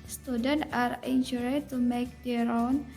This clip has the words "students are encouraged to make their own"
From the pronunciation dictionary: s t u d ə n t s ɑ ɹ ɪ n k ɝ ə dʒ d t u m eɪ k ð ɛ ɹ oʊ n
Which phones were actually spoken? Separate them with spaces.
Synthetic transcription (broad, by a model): s t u d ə n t ɑ ɹ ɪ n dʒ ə d t u m eɪ k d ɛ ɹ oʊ n